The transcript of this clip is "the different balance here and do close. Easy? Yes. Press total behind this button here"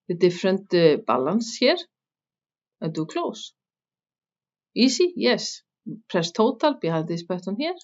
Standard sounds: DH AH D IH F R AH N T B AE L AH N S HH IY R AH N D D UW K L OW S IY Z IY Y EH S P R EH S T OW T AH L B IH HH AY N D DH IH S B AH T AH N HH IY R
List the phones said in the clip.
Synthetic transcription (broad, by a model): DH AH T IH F R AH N T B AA L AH N S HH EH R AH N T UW K L OW S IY S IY Y EH S P R EH S T OW T AH L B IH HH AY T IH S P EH T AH N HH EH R